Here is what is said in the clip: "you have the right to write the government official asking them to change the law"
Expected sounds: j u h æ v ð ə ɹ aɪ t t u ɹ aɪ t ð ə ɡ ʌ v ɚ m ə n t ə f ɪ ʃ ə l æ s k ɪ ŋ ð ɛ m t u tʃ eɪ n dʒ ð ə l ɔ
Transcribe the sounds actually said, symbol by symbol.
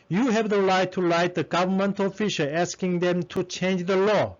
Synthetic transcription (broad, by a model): j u h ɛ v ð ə l aɪ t t u l aɪ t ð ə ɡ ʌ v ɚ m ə n t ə f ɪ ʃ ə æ s k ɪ ŋ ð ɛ m t u tʃ eɪ n dʒ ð ə l ɔ